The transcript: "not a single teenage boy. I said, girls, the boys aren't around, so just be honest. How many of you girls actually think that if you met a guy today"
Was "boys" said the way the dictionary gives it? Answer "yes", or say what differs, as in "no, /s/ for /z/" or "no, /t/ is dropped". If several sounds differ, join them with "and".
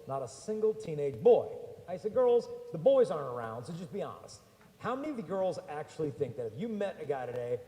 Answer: yes